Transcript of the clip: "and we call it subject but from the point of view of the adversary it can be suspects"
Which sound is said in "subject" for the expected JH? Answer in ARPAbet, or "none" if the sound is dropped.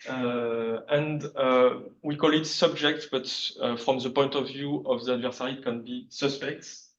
JH